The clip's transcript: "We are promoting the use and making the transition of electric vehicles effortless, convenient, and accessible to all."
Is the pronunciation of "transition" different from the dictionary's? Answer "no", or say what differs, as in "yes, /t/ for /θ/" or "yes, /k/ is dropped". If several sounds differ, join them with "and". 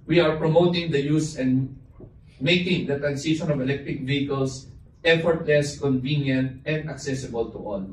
yes, /s/ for /z/